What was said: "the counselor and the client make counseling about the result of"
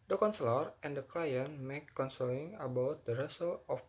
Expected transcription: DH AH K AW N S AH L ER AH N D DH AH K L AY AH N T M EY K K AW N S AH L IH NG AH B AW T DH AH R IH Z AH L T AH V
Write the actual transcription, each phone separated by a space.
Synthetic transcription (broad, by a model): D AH K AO N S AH L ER AH N D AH K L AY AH N M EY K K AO N S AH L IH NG AH B AW T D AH R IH S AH L AH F